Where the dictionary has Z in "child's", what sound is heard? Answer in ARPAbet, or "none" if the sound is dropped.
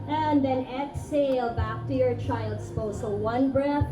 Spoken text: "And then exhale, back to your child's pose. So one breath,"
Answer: S